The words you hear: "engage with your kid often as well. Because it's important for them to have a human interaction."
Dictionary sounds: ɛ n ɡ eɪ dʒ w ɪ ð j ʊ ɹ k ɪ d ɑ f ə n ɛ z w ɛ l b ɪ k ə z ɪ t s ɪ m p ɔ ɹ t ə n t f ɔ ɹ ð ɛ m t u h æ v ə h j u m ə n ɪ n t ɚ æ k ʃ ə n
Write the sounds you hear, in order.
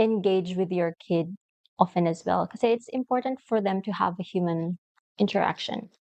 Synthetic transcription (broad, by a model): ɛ n ɡ eɪ dʒ w ɪ ð j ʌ ɹ k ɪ d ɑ f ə n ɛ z w ɛ l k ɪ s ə ɪ t s ɪ m p ɔ ɹ t ə n t f ɔ ɹ ð ɛ m t u h æ v ə h j u m ə n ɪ n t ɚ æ k ʃ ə n